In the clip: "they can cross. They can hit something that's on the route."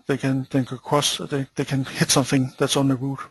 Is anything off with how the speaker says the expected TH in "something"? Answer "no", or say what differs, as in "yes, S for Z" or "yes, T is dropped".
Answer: no